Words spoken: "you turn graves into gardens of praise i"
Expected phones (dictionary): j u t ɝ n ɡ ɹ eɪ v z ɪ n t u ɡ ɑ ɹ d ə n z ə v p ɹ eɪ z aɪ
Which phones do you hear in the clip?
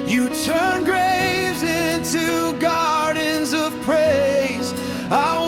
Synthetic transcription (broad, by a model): j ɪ t ɝ n ɡ ɹ eɪ v z ɪ n t u ɡ ɑ ɹ d n z ə v p ɹ eɪ z aɪ